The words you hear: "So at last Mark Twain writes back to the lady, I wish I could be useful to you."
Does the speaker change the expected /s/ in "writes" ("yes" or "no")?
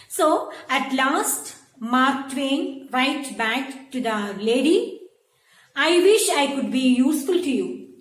yes